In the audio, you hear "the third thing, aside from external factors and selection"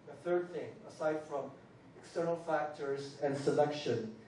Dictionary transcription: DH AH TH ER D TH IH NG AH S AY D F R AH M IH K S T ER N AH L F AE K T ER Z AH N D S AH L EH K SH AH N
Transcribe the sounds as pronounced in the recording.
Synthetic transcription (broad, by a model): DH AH TH ER D TH IH NG AH S AY D F R AH M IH K S T ER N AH L F AE K T ER Z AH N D S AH L EH K SH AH N